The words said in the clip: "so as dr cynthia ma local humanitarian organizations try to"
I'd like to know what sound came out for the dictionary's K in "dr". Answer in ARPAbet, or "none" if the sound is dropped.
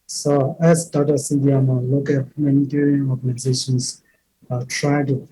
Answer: none